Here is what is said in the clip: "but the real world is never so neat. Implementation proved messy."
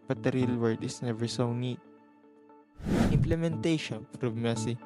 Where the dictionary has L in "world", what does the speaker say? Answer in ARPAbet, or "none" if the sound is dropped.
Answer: none